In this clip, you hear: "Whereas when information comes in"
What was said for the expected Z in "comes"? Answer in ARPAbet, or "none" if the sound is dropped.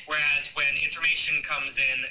Z